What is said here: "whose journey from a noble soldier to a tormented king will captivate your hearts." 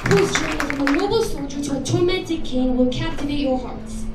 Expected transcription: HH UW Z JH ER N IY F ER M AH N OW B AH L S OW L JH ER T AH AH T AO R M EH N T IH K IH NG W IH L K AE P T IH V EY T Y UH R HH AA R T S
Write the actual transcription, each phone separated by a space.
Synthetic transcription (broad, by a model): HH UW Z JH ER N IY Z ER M AH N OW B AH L S OW L JH ER T AH AH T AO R M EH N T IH K IH NG W IH L K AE P T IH V EY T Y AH R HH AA R T S